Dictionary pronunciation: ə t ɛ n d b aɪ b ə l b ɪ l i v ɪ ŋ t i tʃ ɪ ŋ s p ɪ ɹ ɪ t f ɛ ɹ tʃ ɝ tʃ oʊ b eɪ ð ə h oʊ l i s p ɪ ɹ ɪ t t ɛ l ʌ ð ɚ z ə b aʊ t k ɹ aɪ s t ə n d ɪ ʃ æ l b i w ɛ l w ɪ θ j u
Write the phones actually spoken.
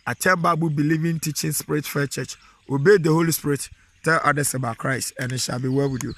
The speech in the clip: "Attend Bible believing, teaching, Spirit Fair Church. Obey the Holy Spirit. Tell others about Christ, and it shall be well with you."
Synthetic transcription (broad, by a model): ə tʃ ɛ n b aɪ b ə b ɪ l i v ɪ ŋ t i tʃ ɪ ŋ s p ɪ ɹ ɪ t f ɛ tʃ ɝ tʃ oʊ b eɪ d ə h oʊ l i s p ɪ ɹ ɪ t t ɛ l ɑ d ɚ s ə b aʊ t k ɹ aɪ s t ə n ɪ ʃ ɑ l b i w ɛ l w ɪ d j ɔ